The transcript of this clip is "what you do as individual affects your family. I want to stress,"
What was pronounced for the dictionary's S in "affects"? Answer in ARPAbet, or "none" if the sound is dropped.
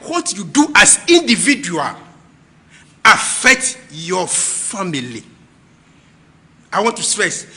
none